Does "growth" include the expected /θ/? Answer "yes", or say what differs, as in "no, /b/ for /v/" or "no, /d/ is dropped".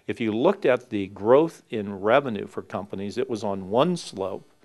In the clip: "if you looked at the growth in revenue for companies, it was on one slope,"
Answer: yes